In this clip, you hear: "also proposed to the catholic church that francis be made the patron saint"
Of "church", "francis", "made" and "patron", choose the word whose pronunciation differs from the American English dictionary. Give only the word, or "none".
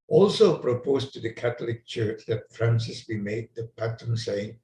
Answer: patron